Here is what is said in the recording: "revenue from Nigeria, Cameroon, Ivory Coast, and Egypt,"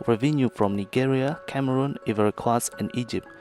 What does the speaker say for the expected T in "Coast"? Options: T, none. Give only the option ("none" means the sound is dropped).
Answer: none